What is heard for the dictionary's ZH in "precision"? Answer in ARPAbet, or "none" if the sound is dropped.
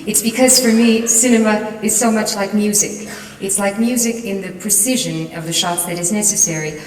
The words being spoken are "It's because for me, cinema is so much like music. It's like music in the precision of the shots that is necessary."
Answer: ZH